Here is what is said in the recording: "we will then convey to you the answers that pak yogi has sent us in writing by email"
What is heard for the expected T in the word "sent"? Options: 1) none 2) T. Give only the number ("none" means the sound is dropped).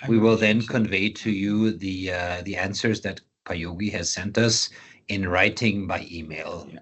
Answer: 2